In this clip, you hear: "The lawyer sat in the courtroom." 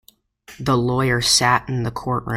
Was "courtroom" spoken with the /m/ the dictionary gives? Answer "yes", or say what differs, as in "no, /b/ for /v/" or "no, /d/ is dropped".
no, /m/ is dropped